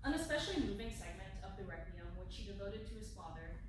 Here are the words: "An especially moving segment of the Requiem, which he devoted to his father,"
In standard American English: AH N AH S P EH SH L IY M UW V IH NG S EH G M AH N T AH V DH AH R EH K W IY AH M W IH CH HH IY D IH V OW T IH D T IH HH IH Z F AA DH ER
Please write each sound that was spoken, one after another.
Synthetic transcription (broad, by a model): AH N AH S P EH SH L IY M UW V IH NG S EH G M AH N T AH V DH AH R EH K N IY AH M W IH CH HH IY D IH V OW T IH D T IH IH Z F AA DH ER